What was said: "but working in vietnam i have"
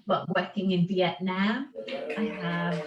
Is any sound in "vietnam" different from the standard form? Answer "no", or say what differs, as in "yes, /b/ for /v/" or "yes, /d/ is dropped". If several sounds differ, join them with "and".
yes, /m/ is dropped